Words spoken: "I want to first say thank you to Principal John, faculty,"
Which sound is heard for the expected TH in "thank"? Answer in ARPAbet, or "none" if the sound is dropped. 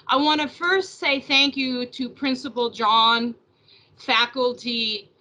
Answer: TH